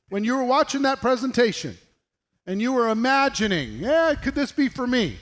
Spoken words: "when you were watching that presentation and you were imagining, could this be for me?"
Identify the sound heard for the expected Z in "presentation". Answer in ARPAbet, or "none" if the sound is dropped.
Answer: Z